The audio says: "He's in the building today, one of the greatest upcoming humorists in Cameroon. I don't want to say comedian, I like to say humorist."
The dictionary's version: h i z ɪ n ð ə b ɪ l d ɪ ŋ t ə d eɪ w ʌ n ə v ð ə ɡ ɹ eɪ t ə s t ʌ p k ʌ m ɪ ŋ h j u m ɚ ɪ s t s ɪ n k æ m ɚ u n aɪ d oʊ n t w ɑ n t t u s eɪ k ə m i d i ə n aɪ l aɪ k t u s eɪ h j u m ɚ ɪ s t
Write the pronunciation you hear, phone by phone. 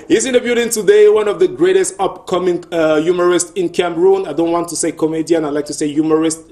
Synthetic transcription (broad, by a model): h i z ɪ n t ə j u d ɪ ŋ t ə d eɪ w ʌ n ə v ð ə ɡ ɹ eɪ t ə s t ʌ p k ʌ m ɪ ŋ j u m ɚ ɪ s t ɪ n k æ m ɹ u n aɪ d oʊ n t w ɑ n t t u s eɪ k ə m i d i ə n aɪ l aɪ k t u s eɪ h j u m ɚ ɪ s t